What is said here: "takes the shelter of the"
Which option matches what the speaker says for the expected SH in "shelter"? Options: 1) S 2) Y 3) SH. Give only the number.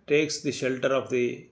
3